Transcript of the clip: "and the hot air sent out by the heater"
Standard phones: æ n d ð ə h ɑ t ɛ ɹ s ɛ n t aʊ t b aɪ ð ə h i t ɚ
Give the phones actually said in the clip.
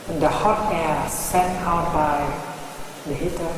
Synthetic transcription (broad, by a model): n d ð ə h ɑ t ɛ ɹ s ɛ t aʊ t b aɪ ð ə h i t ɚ